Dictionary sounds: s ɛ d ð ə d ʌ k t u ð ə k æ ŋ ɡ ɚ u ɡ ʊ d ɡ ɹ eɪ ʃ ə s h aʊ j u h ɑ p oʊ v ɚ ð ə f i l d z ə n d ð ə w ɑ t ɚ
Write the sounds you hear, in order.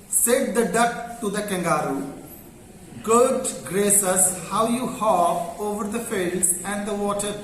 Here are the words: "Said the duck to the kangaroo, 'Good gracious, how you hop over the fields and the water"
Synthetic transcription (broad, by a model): s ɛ d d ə d ʌ k t u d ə k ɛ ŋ ɡ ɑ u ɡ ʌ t ɡ ɹ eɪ s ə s h aʊ j u h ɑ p oʊ v ɚ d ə f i l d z ə n d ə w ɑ t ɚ